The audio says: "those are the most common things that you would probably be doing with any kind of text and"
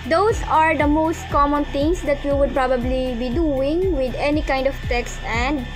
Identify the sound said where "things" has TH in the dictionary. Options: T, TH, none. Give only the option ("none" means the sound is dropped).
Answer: T